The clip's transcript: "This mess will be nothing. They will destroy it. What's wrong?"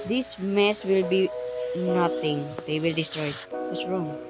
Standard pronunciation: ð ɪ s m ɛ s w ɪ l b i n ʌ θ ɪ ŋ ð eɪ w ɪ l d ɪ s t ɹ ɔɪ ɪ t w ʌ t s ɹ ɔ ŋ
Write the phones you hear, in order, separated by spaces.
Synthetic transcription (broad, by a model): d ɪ s m ɛ s w ɪ l b i n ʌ t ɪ ŋ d eɪ w ɪ l d ɪ s t ɹ ɔɪ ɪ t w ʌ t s ɹ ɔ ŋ